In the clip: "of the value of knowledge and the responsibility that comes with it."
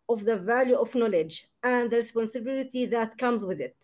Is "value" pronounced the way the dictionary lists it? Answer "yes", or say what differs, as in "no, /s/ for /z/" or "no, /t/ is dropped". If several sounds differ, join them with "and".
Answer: yes